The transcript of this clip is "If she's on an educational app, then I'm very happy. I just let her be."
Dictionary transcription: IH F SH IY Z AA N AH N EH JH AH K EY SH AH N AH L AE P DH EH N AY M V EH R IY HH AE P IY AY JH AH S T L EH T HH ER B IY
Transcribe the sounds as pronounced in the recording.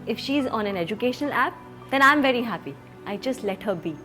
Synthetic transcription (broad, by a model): IH F SH IY Z AA N AH N EH JH AH K EY SH AH N AH L AE P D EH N AY M V EH R IY HH AE P IY AY JH AH S T L EH T HH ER B IY